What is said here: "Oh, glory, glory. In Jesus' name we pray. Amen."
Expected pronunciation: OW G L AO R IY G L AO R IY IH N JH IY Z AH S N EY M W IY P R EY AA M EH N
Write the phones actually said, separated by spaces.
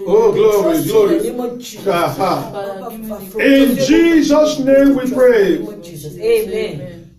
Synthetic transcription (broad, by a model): OW G L AO R IY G L AO R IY IH N JH IY Z AH S N EY M W IY P R EY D